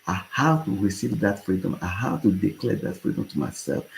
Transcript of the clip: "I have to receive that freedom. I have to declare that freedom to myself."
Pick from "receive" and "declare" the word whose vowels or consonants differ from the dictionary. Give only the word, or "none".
none